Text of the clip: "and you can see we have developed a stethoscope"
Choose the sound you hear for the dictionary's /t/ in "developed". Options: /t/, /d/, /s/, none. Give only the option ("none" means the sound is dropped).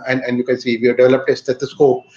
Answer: /t/